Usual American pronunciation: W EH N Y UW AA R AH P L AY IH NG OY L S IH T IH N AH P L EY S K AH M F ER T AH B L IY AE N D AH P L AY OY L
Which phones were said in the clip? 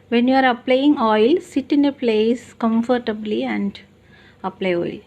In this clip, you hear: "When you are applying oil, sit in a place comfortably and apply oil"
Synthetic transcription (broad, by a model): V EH N Y UW AA R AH P L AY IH NG OY L S IH T IH N AH P L EY S K AH M F ER T AH B L IY AE N D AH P L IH OY L